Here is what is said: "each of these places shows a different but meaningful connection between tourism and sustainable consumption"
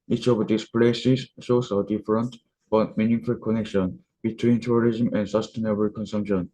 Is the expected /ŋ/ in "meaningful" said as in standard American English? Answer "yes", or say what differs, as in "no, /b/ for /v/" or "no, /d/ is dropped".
no, /ŋ/ is dropped